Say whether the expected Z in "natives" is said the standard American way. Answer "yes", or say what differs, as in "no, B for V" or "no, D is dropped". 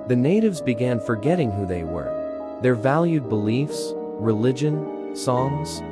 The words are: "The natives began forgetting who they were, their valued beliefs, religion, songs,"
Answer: yes